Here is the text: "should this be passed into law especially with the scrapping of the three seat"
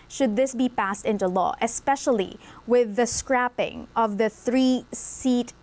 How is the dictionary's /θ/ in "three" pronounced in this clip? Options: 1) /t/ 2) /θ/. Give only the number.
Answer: 2